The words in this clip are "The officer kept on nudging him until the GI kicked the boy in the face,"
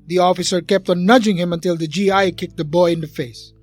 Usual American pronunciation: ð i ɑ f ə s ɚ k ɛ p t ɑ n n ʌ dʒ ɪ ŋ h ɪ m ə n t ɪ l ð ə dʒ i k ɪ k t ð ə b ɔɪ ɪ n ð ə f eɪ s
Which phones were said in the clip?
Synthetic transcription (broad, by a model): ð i ɑ f ə s ɚ k ɛ p t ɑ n n ʌ dʒ ɪ ŋ h ɪ m ə n t ɪ l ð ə dʒ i k ɪ k t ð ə b ɔɪ ɪ n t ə f eɪ s